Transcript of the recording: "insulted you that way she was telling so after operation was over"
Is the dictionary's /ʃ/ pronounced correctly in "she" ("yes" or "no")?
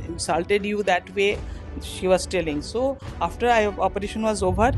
yes